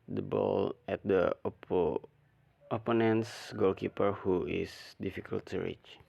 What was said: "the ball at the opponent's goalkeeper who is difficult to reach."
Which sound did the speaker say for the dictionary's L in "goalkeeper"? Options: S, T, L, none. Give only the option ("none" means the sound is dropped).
L